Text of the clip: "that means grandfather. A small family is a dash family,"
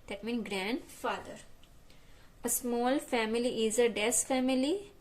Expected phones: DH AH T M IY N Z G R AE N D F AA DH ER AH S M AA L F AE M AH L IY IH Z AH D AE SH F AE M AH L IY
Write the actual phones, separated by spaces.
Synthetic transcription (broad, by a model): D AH T M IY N G R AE N D F AA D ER AH S M AA L F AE M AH L IY IH Z AH D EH S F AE M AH L IY